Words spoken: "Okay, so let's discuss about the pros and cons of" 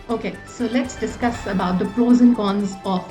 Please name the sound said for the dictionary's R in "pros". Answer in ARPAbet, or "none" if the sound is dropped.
L